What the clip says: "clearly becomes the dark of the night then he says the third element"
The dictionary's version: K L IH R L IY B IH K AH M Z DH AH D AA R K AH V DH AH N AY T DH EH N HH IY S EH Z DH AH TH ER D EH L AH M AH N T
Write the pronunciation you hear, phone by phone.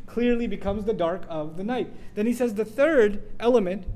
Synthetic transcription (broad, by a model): K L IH R L IY B IH K AH M Z DH AH D AA R K AH V DH AH N AY T DH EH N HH IY S EH Z DH AH TH ER D EH L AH M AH N T